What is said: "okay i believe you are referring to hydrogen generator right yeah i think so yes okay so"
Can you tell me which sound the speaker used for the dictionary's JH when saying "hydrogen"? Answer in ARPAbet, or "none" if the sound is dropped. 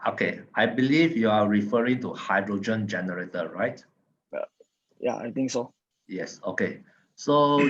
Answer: JH